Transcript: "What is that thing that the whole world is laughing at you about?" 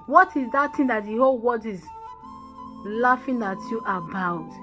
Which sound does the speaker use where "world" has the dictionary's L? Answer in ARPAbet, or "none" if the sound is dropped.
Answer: none